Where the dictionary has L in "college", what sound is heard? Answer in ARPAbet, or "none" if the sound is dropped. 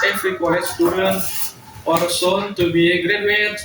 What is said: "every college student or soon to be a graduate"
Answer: none